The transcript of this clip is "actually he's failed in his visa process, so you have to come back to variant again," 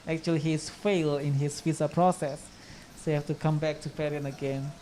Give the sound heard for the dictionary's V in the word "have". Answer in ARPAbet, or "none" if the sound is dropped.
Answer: F